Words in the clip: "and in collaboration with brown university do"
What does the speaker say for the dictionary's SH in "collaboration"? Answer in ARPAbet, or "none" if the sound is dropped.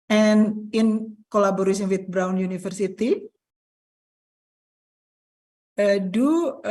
S